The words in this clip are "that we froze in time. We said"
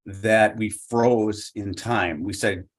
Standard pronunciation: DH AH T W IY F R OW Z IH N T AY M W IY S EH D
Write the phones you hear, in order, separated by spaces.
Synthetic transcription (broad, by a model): DH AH T W IY F R OW Z IH N T AY M W IY S EH D